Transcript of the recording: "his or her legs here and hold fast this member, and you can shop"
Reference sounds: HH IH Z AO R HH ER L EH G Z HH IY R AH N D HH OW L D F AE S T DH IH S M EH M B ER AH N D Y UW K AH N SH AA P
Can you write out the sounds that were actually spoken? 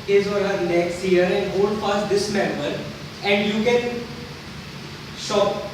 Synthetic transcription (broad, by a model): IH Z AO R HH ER N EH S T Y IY R AH N D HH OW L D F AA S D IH S M EH M B ER AH N D Y UW K AH N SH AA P